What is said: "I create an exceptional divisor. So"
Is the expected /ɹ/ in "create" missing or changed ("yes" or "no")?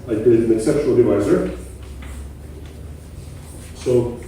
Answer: yes